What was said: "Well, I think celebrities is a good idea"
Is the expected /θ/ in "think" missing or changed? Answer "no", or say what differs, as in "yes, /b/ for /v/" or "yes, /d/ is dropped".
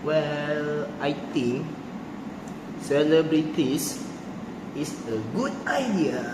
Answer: yes, /t/ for /θ/